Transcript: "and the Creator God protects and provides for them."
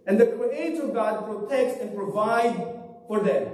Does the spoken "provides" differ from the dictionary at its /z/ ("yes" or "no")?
yes